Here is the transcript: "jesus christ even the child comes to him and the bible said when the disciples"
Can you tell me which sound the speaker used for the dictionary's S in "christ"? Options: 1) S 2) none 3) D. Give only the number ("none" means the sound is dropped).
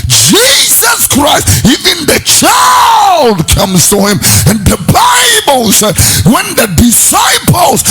1